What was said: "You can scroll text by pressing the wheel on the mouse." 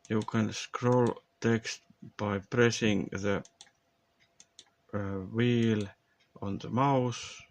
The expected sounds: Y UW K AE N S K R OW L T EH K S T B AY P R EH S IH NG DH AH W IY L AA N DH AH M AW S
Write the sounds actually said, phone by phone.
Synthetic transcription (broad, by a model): Y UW K AE N S K R OW L T EH K S T B AY P R EH S IH NG DH AH W IY L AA N DH AH M AW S